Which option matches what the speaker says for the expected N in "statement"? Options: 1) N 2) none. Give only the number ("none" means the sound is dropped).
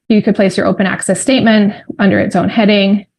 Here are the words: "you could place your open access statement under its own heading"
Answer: 1